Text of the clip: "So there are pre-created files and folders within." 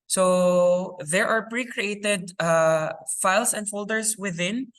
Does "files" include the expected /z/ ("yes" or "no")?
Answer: no